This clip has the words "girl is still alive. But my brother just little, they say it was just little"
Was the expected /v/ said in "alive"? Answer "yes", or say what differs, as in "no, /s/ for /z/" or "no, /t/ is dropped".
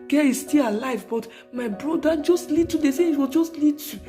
yes